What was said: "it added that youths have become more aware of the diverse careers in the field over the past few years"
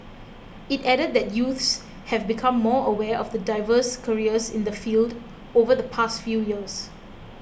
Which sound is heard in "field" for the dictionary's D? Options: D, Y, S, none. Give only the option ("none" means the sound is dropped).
D